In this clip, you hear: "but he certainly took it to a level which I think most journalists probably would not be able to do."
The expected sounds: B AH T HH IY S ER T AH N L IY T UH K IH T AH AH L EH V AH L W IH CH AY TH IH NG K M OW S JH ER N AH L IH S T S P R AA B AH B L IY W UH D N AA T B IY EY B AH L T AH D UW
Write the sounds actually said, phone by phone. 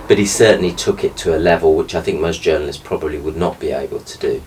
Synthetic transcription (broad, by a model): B AH T HH IY S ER T N L IY T UH K IH T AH AH L EH V AH L W IH CH AY TH IH NG K M OW S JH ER N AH L IH S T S P R AA B AH B L IY W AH D N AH T B IY EY B AH L T AH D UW